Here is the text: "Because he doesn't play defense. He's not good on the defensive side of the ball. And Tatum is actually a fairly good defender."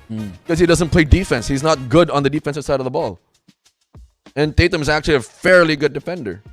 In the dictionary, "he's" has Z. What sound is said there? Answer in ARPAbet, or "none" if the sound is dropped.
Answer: Z